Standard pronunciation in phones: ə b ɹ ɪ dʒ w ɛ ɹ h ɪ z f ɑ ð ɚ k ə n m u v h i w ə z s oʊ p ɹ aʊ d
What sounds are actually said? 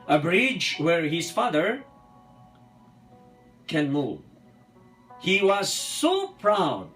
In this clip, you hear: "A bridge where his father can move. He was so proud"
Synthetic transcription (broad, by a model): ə b ɹ ɪ dʒ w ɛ ɹ h ɪ z f ɑ ð ɚ k ə n m u v h i w ə z s oʊ p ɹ aʊ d